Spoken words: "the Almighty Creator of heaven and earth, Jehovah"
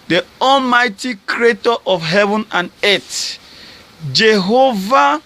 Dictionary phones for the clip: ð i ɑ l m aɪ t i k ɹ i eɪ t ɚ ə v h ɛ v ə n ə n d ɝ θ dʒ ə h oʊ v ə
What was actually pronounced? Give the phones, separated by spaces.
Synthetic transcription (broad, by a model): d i ɑ l m aɪ t i k ɹ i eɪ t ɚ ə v h ɛ v ə n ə n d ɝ t dʒ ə h oʊ v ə